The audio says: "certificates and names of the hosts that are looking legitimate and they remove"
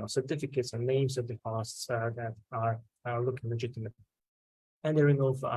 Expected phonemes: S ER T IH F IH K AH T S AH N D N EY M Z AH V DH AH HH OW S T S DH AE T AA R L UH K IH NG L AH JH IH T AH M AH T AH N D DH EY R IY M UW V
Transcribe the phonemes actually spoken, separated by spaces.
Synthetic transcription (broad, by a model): S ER T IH F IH K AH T S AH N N EY M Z AH V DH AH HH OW S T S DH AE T AA R L UH K IH NG L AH JH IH T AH M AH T AH N D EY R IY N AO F